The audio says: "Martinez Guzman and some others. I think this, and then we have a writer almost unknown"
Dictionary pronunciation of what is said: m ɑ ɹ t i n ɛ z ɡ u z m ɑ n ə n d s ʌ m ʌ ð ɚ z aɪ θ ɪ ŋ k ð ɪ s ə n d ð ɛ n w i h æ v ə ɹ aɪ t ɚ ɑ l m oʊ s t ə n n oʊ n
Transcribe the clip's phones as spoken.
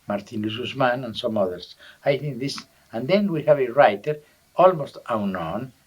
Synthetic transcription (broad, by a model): m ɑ ɹ t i n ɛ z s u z m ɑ n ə n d s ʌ m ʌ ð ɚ s aɪ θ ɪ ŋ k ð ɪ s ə n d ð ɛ n w i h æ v ə ɹ aɪ t ɚ ɑ l m oʊ s t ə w n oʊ n